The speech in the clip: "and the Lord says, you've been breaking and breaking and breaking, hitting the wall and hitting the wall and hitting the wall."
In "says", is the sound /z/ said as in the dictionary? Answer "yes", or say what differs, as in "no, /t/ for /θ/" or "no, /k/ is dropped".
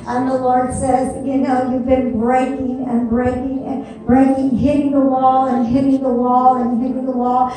yes